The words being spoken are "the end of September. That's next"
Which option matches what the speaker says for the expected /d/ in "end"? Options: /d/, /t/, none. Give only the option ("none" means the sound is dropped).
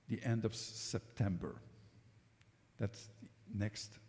/d/